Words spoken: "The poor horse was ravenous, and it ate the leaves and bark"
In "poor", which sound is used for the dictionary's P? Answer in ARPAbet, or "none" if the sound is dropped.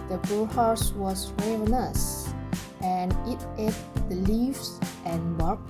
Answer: B